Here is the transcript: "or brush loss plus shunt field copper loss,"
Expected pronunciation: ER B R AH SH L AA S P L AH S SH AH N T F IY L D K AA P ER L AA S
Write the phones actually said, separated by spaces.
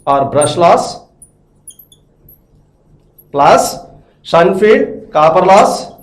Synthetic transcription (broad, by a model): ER B R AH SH L AA S P L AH S S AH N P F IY D K AA P ER L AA S